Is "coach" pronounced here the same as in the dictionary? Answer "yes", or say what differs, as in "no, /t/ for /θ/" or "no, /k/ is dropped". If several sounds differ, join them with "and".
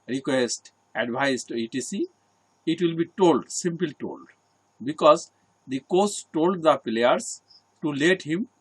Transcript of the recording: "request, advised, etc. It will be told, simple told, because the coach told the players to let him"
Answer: no, /s/ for /tʃ/